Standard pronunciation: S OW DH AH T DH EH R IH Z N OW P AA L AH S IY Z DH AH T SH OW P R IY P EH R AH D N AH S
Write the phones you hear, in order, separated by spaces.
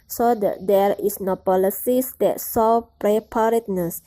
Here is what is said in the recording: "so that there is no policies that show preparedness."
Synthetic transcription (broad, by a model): S OW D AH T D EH R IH S N OW P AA L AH S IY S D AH T S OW P R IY P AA R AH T N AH S